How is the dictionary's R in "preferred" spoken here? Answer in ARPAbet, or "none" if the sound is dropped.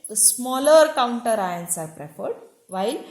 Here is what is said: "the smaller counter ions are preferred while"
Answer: R